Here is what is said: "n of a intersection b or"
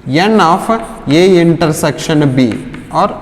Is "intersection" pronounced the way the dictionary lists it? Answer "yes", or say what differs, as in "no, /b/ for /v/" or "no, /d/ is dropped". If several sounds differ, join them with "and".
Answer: yes